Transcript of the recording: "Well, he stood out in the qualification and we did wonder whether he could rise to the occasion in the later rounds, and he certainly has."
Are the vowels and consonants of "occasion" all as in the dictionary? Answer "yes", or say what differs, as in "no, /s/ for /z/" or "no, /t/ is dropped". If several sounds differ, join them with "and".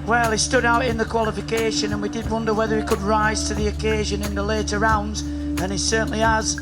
yes